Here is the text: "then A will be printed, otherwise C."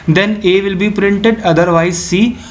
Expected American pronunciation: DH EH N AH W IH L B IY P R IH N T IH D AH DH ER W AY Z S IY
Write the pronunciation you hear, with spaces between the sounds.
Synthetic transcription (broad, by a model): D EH N AH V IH L B IY P R IH N T IH D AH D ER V AY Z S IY